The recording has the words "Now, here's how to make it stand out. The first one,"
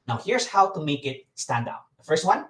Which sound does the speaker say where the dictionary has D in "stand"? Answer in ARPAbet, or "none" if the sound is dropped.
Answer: D